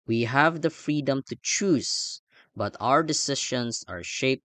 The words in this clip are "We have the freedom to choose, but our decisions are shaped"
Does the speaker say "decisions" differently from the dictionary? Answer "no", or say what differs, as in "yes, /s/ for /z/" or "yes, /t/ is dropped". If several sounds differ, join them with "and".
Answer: yes, /ʃ/ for /ʒ/